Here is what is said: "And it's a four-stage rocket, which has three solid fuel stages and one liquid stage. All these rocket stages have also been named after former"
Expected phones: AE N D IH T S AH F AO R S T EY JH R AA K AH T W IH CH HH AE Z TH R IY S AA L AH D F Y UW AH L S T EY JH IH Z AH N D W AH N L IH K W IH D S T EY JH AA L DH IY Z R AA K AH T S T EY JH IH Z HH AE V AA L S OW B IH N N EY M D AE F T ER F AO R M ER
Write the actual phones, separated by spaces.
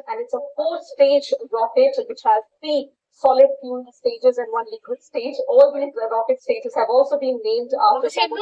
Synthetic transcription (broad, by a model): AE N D IH T S AH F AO S T EY JH R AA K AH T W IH CH HH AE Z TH R IY S AA L AH D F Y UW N S T EY JH IH Z AH N D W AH N L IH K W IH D S T EY JH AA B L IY R AA K AH T S T EY JH IH Z HH AE V AA L S OW B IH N N EY M D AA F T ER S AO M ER